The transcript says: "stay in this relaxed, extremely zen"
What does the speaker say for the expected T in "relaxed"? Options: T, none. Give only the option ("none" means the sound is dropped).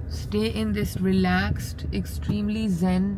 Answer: T